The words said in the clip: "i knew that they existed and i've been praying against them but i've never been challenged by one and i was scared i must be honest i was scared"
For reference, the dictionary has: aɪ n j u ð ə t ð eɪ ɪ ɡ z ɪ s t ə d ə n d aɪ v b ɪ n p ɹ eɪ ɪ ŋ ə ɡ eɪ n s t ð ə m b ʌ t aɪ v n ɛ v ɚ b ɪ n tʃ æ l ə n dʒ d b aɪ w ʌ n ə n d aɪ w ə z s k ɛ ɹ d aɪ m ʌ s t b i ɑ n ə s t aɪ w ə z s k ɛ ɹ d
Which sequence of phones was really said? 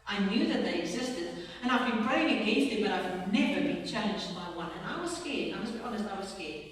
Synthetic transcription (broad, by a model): aɪ n j u ð ə t ð eɪ ɪ ɡ z ɪ s t ə d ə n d aɪ v b ɪ n p ɹ eɪ ɪ ŋ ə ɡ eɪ s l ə b ʌ t aɪ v n ɛ v ɚ b ɪ n tʃ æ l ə n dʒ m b aɪ w ʌ n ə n aɪ w ə z s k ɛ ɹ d aɪ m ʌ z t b ɑ n ə s t aɪ w ə z s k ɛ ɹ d